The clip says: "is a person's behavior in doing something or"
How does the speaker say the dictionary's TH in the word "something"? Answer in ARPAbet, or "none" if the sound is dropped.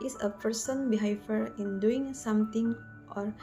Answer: T